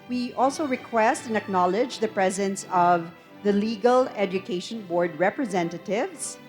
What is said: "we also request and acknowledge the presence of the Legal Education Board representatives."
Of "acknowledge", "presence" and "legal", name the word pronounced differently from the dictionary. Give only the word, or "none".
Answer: none